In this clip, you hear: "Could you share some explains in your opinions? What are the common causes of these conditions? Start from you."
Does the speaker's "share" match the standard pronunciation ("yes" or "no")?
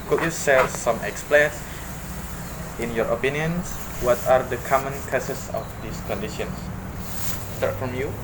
no